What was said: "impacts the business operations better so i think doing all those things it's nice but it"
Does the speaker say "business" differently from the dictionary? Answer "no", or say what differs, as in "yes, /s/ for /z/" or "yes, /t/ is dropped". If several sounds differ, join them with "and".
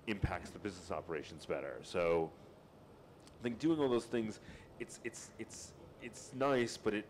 no